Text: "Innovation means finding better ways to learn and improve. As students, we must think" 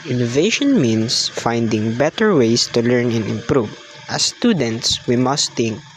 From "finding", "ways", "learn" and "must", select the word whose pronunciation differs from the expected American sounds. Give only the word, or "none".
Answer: ways